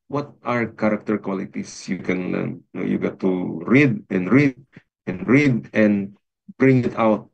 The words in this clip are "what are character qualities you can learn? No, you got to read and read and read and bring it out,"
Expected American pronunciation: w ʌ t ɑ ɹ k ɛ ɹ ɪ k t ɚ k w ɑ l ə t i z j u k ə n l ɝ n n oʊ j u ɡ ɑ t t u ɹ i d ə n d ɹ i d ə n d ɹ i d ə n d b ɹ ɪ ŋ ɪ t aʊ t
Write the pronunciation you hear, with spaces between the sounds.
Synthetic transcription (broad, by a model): w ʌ t ɑ ɹ k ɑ ɹ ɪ k t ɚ k w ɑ l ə t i s j u k ə n l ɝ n n oʊ j u ɡ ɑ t t u ɹ i d ə n d ɹ i d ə n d ɹ i d ə n d b ɹ ɪ ŋ ɪ t aʊ t